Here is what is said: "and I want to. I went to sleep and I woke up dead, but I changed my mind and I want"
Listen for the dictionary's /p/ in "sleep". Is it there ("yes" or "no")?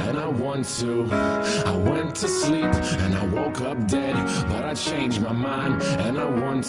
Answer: yes